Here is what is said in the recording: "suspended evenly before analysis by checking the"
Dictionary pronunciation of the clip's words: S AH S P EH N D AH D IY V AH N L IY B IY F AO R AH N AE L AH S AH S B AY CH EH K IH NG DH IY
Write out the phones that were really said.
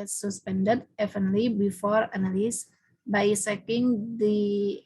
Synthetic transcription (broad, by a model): S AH S P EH N D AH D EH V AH N L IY B IY F AO R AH N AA L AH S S B AY S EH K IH NG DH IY